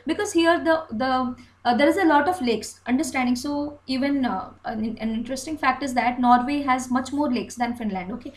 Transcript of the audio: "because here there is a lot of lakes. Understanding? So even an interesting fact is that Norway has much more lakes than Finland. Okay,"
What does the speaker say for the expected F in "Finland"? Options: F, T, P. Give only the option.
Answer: F